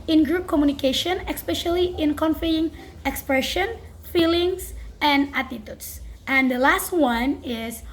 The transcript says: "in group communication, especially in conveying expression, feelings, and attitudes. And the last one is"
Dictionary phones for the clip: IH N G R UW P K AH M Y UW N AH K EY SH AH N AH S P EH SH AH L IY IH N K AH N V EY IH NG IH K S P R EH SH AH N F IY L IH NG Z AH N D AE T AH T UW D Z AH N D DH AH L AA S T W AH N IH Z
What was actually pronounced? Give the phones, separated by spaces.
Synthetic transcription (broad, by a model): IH N G R UW P K AH M Y UW N AH K EY SH AH N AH S P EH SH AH L IY IH N K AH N F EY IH NG IH K S P R EH SH AH N F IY L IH NG S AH N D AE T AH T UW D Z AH N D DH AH L AA S T W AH N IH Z